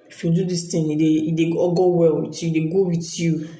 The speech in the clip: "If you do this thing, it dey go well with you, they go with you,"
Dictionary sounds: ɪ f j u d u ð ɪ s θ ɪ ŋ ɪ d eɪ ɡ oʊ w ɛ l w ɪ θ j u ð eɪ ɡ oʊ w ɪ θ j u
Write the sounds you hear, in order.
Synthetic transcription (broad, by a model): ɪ f j u d u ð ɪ s t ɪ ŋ ɪ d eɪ ɡ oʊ w ɛ l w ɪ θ j u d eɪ ɡ oʊ w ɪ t j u